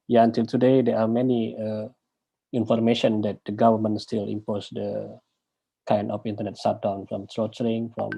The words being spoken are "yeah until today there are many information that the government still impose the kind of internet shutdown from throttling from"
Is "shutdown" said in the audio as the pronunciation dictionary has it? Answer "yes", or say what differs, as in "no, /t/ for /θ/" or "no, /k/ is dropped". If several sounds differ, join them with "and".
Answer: no, /s/ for /ʃ/